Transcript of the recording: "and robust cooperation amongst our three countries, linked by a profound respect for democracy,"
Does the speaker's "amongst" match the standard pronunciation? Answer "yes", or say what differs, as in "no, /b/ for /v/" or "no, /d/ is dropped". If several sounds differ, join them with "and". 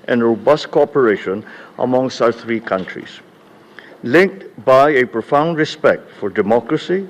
no, /t/ is dropped